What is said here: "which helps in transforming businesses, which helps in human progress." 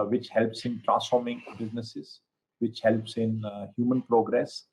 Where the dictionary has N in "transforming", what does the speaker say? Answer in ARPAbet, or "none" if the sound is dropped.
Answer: none